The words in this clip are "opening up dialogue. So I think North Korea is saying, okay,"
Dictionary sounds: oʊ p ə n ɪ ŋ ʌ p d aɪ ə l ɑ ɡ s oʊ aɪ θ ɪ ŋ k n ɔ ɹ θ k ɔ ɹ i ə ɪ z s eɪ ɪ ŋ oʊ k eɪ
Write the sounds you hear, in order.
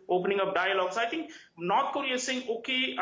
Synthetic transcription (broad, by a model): oʊ p ə n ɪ ŋ ʌ p d aɪ ə l ɑ ɡ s aɪ t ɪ ŋ k n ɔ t k ɔ ɹ i ə s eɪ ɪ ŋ oʊ k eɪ